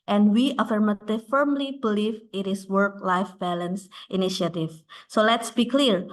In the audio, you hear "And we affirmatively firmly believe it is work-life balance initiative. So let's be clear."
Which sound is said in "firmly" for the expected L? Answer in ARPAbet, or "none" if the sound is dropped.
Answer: L